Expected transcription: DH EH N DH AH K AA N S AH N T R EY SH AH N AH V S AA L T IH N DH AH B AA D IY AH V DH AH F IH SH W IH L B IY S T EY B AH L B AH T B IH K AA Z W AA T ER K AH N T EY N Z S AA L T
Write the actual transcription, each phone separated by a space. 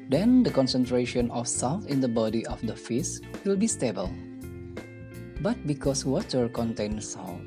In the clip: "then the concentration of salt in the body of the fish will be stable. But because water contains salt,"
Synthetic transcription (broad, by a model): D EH N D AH K AA N S AH N T R EY SH AH N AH F S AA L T IH N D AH B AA D IY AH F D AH F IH S W IH L B IY S T EY B AH L B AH T B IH K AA S W AA T ER K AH N T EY N S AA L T